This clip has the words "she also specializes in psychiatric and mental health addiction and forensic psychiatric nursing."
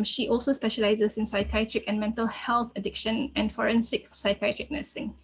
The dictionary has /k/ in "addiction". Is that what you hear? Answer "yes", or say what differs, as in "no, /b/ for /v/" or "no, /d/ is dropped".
yes